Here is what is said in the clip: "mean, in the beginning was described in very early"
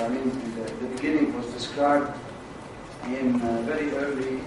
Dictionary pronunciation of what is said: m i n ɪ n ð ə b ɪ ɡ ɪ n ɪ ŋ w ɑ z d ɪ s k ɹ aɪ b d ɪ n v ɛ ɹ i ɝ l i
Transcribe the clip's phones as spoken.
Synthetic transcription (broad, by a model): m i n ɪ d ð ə b ɪ ɡ ɪ n ɪ ŋ w ɑ z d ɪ s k aɪ d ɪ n v ɛ ɹ i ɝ l i